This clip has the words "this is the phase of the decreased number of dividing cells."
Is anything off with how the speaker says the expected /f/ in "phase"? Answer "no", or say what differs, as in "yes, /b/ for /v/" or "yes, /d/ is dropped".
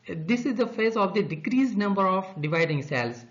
no